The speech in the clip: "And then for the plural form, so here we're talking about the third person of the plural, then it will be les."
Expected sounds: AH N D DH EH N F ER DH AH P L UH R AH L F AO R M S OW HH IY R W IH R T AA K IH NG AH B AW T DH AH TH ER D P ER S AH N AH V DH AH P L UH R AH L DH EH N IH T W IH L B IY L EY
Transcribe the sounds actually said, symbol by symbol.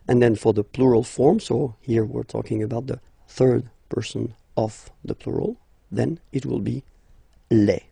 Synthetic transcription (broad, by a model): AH N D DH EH N F ER DH AH P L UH R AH L F AO R M S OW HH IY R W IH R T AA K IH NG AH B AW T DH AH TH ER D P ER S AH N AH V DH AH P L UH R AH L DH EH N IH T W IH L B IY L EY